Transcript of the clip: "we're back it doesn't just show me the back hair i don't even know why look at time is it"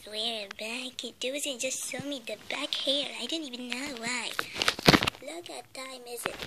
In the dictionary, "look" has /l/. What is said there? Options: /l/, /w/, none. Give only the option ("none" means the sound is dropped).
/l/